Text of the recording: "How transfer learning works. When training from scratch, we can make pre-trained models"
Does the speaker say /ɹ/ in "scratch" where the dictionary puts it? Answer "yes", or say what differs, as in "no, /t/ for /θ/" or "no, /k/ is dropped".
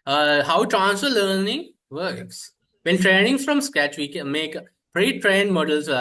no, /ɹ/ is dropped